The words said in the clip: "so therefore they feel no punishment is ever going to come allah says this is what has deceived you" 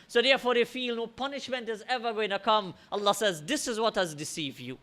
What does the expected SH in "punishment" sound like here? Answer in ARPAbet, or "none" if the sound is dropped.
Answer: SH